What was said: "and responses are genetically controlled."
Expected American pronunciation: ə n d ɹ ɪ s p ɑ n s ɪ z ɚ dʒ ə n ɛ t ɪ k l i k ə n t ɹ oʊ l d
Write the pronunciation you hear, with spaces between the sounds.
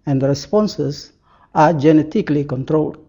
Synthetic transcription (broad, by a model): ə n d ɹ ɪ s p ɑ n s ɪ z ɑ dʒ ə n ɛ t ɪ k l i k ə n t ɹ oʊ l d